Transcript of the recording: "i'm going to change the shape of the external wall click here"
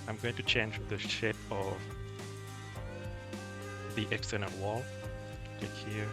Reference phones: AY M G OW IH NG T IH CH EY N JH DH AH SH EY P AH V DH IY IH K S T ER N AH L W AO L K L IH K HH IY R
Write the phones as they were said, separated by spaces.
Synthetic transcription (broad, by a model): AY M G OW IH NG T IH CH EY N JH DH AH SH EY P AH V DH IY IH K S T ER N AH N W AO L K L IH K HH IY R